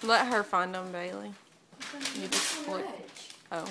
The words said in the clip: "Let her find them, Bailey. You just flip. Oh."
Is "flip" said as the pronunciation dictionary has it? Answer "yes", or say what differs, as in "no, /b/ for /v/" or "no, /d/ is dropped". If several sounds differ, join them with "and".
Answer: no, /p/ is dropped